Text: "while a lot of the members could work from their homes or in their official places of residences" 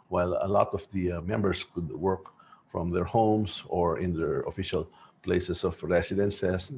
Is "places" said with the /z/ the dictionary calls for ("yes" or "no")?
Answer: no